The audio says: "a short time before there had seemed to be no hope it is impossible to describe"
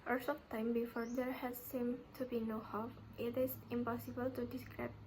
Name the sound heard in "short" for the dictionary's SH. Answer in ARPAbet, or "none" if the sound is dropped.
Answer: S